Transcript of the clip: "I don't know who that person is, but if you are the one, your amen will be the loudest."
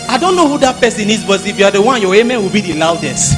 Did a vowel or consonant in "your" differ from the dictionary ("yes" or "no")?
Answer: yes